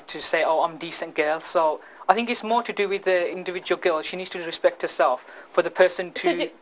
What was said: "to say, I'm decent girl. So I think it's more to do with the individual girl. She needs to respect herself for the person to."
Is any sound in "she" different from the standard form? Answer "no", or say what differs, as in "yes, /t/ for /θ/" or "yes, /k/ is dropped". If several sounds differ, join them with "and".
no